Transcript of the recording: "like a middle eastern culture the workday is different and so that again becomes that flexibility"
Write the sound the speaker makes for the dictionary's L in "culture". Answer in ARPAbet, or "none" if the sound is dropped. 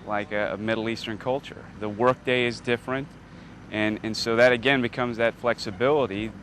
L